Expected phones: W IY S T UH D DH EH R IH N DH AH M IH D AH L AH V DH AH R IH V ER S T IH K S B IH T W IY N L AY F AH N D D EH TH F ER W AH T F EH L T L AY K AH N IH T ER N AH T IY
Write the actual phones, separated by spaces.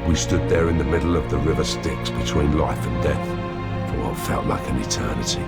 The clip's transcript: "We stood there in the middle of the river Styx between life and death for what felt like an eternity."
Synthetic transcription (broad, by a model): W IY S T UH D DH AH R IH N DH AH M IH D L AH V DH AH R IH V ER S T IH K S B IH T W IY N L AY F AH N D D EH TH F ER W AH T F EH L T L AY K AH N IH T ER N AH T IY